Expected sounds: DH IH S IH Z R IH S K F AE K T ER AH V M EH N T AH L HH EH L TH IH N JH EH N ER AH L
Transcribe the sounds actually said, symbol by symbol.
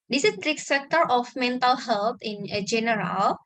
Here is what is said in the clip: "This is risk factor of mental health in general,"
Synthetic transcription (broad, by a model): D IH S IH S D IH K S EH K T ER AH F M EH N T AH L HH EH L T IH N JH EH N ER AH L